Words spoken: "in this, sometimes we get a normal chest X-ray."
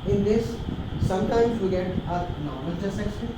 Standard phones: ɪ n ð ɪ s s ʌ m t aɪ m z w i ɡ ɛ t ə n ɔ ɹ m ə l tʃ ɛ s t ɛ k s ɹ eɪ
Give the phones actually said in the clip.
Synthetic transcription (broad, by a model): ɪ n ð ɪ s s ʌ m t aɪ m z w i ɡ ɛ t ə n ɔ ɹ m ə l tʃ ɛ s ɛ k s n